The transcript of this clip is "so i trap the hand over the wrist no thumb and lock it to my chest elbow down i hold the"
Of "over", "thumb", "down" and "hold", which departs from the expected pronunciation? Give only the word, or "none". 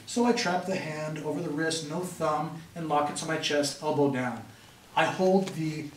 none